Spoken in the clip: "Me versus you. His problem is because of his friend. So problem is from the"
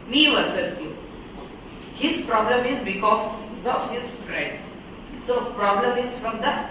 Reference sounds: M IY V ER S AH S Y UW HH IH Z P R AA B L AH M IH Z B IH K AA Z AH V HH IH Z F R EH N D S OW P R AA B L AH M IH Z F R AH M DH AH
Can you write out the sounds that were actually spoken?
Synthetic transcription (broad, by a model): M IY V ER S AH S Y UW HH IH S P R AA B L AH M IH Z B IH K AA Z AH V HH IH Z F R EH D S OW P R AA B L AH M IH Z F R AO M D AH